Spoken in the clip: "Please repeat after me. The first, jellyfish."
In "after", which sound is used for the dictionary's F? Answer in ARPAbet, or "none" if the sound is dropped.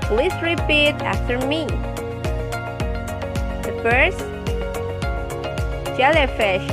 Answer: F